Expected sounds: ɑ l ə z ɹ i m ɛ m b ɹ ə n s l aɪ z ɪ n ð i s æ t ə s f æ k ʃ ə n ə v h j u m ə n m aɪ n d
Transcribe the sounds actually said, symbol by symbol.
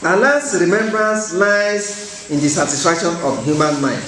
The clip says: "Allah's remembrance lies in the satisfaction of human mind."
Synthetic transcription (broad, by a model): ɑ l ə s ɹ i m ɛ m b ɹ ə n s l aɪ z ɪ n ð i s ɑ t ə s f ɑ k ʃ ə n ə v h j u m ə n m aɪ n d